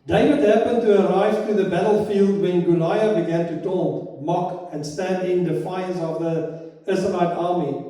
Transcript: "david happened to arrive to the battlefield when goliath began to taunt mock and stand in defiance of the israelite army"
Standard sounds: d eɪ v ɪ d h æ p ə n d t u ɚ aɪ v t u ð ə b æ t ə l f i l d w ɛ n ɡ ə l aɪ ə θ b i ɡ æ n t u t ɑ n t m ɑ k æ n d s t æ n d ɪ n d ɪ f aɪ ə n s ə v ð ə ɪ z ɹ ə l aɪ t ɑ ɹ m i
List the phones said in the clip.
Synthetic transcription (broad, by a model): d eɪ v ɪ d h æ p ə n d t u ɚ aɪ v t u ð ə b æ t ə l f i l d w ɛ n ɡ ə l aɪ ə b i ɡ æ n t u t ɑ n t m ɑ k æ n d s t æ n d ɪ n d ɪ f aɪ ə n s ə v ð ə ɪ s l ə n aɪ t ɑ m i